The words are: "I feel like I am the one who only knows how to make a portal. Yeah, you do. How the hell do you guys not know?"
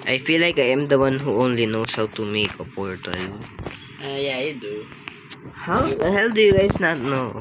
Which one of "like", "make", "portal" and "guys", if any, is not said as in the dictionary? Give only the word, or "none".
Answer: guys